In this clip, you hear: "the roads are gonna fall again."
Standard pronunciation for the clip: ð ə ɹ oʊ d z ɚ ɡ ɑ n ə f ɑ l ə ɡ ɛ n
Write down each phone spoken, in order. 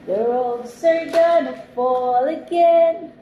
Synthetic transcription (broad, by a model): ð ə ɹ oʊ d s ɚ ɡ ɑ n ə f ɑ l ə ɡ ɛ n